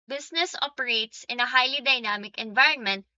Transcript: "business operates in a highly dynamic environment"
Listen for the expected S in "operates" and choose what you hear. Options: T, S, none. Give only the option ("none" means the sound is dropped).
S